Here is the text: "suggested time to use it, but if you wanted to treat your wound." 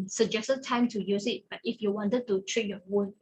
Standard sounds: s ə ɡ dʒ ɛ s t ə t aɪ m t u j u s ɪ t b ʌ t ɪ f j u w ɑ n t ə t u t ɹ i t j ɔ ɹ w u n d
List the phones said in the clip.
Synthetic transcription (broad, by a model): s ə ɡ dʒ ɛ s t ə t aɪ m t u j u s ɪ t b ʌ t ɪ f j u w ɑ n t ə t u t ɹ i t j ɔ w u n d